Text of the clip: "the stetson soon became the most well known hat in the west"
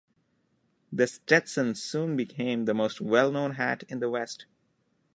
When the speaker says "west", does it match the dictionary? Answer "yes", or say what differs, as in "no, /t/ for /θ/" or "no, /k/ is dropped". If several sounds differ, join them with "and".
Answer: yes